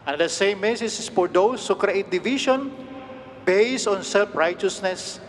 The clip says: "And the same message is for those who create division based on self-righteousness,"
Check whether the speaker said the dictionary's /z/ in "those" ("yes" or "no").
no